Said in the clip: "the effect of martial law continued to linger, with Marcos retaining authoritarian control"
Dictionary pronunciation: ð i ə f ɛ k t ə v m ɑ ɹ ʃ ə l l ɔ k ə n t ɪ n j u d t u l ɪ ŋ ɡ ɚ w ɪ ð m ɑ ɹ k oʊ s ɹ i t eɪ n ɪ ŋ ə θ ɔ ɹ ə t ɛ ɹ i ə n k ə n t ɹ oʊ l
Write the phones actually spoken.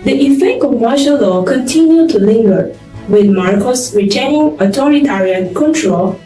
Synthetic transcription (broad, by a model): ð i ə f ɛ k ə m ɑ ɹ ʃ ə l l ɔ k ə n t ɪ n j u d t u l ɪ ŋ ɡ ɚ w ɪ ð m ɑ ɹ k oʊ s ɹ i t eɪ n ɪ ŋ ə t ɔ ɹ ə t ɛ ɹ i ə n k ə n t ɹ oʊ l